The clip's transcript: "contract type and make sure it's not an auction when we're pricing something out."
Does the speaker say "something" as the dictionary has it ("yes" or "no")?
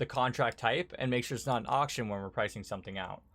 yes